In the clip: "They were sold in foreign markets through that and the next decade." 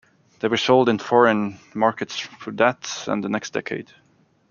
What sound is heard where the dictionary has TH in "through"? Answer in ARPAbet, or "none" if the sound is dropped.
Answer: F